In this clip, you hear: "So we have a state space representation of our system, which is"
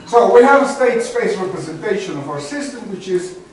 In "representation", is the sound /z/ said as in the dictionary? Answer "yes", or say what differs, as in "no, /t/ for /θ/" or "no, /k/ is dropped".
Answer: yes